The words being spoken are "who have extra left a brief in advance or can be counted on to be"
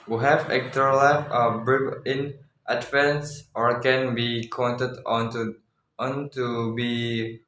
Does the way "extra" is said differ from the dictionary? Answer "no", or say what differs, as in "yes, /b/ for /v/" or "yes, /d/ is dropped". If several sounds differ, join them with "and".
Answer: yes, /ɹ/ is dropped